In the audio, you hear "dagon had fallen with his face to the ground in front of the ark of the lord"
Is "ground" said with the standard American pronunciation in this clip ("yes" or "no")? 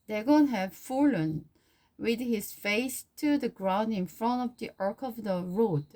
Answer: yes